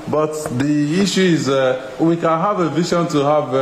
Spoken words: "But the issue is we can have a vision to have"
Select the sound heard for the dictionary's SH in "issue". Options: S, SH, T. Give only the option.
SH